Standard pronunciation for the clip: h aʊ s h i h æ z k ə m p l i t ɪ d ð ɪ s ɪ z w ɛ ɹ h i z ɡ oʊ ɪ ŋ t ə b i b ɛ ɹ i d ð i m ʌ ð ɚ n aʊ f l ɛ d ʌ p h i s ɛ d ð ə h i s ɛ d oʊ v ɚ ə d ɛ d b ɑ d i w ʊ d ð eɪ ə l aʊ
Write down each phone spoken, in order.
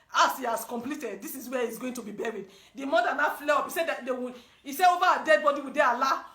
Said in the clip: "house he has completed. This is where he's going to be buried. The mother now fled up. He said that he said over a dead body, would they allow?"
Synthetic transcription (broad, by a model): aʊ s h i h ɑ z k ə m p l i t ɪ d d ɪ s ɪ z w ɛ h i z ɡ oʊ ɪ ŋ t ə b i b ɛ ɹ i d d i m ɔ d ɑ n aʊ f l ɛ ɔ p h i s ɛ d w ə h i s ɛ oʊ v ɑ ə d ɛ d b ɑ d i w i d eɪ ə l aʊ